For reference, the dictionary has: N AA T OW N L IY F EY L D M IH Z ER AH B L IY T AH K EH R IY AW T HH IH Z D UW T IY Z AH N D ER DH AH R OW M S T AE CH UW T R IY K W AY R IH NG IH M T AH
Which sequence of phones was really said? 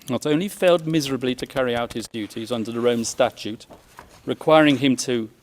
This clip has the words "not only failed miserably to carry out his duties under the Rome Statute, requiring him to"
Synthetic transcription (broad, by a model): N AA T OW N L IY F EY L D M IH Z ER AH B L IY T AH K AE R IY AW T HH IH Z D UW T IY Z AH N D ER DH AH R OW M S T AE CH UW T R IY K W AY R IH NG IH M T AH